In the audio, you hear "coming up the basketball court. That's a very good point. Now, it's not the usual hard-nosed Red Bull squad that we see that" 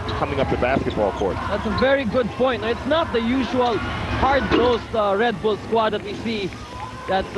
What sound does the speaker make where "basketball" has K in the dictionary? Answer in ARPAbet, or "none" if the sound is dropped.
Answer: K